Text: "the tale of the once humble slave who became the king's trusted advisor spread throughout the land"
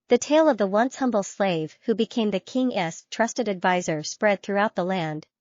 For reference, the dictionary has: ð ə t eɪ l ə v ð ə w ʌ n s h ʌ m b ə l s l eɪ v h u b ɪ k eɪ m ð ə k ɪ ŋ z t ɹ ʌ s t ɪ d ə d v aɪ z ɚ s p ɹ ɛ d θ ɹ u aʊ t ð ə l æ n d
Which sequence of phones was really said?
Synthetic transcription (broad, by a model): ð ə t eɪ l ə v ð ə w ʌ n s h ʌ m b l s l eɪ v h u b ɪ k eɪ m ð ə k ɪ ŋ s t ɹ ʌ s t ɪ d ə d v aɪ z ɚ s p ɹ ɛ d θ ɹ u aʊ t ð ə l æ n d